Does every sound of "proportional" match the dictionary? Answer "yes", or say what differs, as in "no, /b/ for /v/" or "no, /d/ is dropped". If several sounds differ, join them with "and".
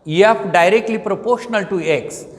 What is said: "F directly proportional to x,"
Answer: yes